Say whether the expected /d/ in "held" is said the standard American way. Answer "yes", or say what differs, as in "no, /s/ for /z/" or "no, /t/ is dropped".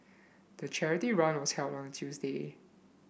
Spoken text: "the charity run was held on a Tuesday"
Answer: no, /d/ is dropped